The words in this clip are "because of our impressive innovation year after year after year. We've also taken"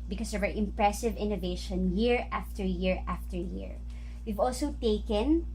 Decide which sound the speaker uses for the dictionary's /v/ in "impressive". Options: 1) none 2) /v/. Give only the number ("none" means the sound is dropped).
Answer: 2